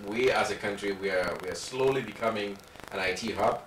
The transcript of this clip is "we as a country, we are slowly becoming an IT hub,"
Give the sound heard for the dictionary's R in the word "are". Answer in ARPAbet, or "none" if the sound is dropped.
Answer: W